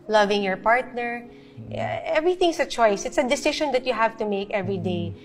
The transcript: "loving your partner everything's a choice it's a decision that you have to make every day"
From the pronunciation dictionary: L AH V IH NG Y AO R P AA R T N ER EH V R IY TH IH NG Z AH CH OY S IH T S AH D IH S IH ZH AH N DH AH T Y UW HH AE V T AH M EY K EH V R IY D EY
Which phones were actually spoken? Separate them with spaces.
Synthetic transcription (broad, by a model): L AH V IH NG Y AO R P AA R T N ER EH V R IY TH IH NG S AH CH OY S IH T S AH D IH S IH SH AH N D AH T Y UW HH AE V T AH M EY K EH V R IY D EY